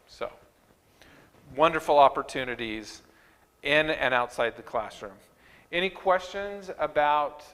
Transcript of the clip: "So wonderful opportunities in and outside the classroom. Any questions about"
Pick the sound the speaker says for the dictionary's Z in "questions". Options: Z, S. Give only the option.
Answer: Z